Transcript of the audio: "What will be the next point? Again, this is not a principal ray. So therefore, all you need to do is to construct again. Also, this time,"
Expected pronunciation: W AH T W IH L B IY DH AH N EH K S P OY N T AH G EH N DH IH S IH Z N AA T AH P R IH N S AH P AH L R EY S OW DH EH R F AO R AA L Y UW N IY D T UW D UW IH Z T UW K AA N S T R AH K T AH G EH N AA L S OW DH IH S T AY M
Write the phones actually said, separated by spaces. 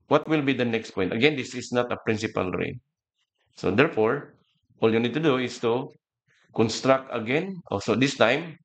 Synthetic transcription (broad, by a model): W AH T W IH L B IY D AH N EH K S P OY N T AH G EH N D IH S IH S N AA T AH P R IH N S AH P AH L R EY S OW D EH R F AO R AA L Y UW N IY D T UW D UW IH S T UW K AA N S T R AH K T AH G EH N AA S OW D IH S T AY M